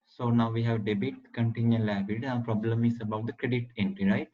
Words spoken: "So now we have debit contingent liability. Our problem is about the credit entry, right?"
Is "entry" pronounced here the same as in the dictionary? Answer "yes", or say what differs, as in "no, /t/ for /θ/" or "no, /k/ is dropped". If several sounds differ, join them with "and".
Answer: no, /ɹ/ is dropped